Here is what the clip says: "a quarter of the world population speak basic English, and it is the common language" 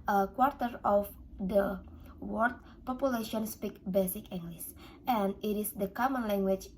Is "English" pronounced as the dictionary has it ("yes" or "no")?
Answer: no